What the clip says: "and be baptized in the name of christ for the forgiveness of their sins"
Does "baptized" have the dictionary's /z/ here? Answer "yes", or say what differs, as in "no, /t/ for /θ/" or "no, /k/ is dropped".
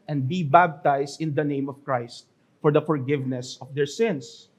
no, /s/ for /z/